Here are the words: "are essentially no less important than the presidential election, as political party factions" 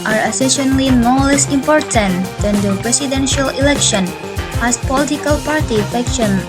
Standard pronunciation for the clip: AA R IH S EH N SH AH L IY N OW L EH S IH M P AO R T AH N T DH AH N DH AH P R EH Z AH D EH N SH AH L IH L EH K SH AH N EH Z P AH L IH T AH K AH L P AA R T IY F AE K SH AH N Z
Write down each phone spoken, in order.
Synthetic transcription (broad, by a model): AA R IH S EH SH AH L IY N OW L EH S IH M P AO R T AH N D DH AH N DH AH P R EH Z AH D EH N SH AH L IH L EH K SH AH N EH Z P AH L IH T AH K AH L P AA R T IY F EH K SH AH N